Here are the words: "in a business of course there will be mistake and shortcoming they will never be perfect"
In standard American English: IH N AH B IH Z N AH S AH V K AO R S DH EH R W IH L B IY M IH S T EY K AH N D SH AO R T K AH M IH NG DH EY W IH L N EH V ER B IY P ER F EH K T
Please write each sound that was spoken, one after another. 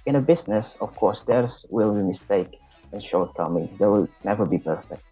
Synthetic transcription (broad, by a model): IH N AH B IH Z N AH S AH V K AO R S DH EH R W IH L B IY M IH S T EY K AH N SH AO R T K AH M IH NG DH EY W IH L N EH V ER B IY P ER F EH K T